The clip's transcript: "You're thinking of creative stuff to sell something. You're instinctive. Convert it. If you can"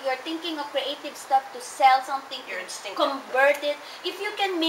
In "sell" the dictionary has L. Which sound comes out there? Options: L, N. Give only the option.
L